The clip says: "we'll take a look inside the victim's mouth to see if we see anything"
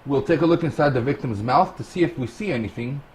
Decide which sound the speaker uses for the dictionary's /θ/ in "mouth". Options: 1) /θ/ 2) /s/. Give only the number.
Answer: 1